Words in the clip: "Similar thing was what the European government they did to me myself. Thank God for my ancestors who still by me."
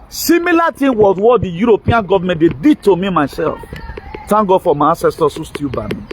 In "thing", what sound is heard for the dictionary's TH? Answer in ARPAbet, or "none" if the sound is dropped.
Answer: T